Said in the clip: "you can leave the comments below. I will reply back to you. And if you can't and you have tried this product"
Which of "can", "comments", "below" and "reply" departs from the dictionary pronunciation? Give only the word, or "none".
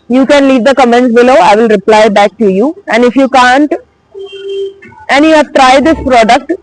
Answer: comments